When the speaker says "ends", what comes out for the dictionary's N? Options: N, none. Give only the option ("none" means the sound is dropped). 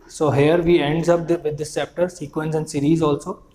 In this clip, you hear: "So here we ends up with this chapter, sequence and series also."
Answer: N